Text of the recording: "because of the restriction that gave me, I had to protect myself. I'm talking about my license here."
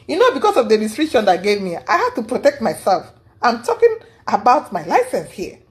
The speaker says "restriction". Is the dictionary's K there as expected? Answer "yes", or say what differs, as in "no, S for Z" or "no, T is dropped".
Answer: no, K is dropped